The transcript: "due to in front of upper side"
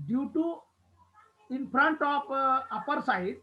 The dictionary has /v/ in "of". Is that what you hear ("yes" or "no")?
no